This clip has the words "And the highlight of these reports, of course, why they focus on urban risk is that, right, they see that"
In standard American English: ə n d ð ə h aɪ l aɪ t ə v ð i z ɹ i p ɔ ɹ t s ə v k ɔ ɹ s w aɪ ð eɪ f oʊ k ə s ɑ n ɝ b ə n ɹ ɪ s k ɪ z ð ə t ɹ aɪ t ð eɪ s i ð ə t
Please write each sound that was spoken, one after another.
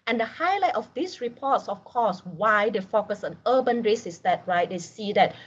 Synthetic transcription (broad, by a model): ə n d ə h aɪ l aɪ t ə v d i s ɹ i p ɔ t s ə f k ɔ s w aɪ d eɪ f oʊ k ə s ɑ n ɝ b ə n ɹ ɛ s ɪ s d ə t ɹ aɪ t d eɪ s i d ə t